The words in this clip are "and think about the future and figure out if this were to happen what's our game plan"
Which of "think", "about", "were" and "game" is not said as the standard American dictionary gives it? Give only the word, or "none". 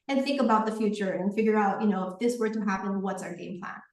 none